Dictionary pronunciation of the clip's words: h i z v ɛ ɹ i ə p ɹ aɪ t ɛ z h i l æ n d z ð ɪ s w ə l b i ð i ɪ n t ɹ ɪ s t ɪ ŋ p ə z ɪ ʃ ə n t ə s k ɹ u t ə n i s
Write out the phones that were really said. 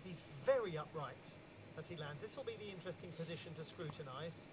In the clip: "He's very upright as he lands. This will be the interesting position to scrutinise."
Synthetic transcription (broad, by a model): h i z v ɛ ɹ i ə p ɹ aɪ t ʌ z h i l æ n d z ð ɪ s w ə l b i ð i ɪ n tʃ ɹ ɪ s t ɪ ŋ p ə z ɪ ʃ ə n t ə s k ɹ u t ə n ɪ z